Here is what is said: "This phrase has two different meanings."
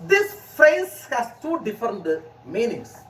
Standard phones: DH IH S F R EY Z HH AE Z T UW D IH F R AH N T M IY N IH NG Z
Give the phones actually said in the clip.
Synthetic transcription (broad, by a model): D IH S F EY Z HH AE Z T UW D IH F R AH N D M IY N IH NG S